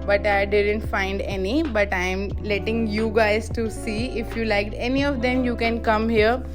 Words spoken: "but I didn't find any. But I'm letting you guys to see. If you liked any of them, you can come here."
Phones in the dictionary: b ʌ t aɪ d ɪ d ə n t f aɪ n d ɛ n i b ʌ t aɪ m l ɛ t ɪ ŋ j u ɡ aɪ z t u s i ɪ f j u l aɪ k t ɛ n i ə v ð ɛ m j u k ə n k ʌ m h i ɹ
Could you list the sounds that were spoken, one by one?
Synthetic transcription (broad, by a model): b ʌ t aɪ d ɪ d ə n t f aɪ n d ɛ n i b ʌ t aɪ m l ɛ t ɪ ŋ j u ɡ aɪ z t u s i ɪ f j u l aɪ k t ɛ n i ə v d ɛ m j u k ə n k ʌ m h i ɹ